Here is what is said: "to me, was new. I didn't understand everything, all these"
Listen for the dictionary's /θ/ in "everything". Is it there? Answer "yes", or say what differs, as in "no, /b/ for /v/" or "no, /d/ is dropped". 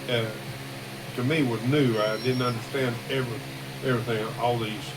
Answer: yes